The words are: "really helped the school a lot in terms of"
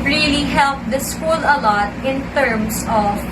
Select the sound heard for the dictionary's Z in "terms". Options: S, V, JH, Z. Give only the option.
S